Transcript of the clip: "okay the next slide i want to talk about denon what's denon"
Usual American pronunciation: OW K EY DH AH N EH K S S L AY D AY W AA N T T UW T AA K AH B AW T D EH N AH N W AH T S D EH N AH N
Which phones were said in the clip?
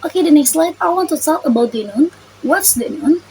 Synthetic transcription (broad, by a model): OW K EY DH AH N EH K S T L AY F AY W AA N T T UW S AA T AH B AW T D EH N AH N W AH T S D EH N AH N